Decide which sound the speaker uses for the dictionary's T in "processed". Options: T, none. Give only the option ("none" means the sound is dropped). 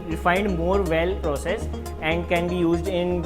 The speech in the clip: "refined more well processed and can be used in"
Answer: none